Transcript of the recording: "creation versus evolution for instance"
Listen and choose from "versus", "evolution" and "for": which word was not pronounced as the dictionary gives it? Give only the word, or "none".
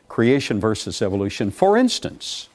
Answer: none